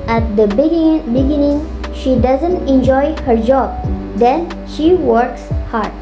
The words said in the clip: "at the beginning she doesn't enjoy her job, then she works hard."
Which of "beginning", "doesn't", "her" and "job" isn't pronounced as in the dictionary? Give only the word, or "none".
none